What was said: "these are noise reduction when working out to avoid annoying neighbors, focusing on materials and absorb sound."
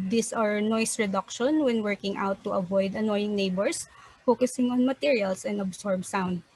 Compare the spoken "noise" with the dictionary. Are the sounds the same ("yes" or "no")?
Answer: no